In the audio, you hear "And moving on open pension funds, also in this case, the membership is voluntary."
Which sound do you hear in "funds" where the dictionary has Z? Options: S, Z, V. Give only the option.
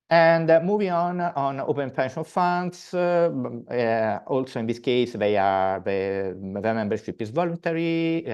S